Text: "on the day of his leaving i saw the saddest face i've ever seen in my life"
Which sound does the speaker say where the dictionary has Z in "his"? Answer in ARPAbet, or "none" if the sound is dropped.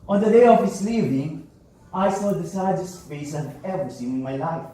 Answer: S